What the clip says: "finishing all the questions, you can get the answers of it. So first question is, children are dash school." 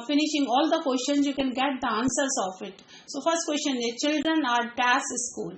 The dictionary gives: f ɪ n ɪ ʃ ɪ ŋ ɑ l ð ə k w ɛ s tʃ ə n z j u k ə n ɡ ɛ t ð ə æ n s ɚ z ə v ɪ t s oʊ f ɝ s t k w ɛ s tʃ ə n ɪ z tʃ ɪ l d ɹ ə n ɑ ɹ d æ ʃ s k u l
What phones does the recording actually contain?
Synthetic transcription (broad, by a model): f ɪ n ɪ ʃ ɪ ŋ ɑ l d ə k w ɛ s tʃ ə n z j u k ə n ɡ ɛ t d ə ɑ n s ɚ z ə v ɪ t s oʊ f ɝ s t k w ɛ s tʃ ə n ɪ tʃ ɪ l d ɹ ə n ɑ ɹ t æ s s k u l